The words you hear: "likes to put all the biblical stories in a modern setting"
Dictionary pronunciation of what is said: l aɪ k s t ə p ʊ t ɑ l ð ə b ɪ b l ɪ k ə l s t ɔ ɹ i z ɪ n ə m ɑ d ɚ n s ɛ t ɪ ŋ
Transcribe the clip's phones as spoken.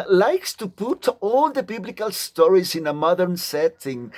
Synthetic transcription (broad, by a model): l aɪ k s t ə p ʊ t ɑ l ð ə b ɪ b l ɪ k ə l s t ɔ ɹ i z ɪ n ə m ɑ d ɚ n s ɛ t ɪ ŋ